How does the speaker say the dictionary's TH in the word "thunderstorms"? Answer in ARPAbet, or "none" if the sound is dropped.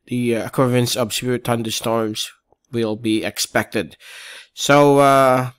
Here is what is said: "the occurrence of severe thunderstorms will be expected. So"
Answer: T